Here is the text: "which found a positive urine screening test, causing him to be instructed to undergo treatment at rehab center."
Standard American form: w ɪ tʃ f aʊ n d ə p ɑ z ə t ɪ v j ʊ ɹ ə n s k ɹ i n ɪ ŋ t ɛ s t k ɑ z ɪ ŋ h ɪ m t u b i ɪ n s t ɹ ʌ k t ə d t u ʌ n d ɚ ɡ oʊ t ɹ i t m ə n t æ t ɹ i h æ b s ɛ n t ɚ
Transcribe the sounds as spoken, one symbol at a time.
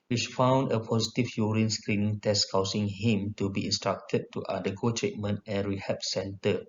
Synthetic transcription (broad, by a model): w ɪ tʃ f aʊ n d ə p ɑ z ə t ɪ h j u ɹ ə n s k ɹ i n ɪ ŋ t ɛ s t k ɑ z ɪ ŋ h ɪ m t u b i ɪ n s t ɹ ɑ k t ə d t u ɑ d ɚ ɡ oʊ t ɹ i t m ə n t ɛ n ɹ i h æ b s ɛ n t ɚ